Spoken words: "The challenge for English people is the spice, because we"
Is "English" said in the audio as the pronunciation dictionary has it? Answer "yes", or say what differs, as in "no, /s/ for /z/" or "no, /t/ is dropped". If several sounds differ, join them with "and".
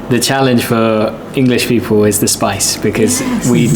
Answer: yes